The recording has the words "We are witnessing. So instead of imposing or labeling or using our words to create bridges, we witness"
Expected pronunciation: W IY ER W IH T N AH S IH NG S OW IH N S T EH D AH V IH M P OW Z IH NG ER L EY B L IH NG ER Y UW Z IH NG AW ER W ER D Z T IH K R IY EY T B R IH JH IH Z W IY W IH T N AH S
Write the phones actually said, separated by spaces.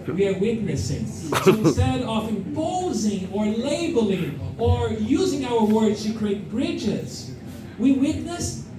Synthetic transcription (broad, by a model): W IY ER W IH T N AH S IH NG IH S S T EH D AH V IH M P OW Z IH NG ER L EY B L IH NG ER Y UW Z IH NG AW ER W ER D Z T IH K R IY EY T B R IH JH IH Z W IY W IH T N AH S